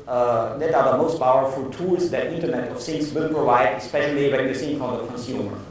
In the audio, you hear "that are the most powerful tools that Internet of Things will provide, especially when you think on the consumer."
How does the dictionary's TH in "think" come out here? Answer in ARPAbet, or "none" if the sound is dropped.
S